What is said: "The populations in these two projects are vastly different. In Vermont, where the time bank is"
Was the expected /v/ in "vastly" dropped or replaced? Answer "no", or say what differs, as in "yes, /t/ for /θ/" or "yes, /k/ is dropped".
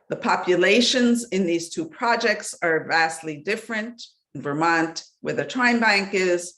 no